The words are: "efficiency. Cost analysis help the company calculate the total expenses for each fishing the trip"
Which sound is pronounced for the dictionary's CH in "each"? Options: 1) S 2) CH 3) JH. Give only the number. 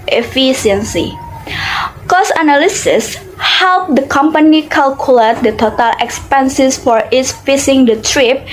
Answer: 1